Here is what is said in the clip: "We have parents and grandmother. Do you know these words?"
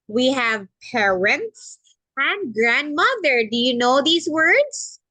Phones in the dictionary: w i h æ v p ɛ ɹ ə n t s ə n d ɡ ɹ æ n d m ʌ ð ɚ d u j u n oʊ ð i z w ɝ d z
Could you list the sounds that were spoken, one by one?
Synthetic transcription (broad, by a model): w i h æ v p ɛ ɹ ə n t s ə n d ɡ ɹ æ n d m ʌ ð ɚ d u j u n oʊ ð i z w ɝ d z